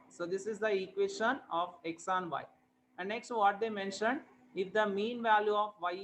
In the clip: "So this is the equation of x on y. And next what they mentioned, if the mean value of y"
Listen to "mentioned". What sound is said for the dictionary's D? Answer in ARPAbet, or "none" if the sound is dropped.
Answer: D